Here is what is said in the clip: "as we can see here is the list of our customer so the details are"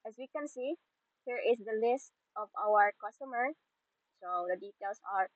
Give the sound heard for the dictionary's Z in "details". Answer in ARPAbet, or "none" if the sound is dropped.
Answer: S